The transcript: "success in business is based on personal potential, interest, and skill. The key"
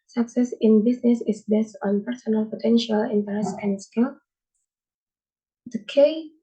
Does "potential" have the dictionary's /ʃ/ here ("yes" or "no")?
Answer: yes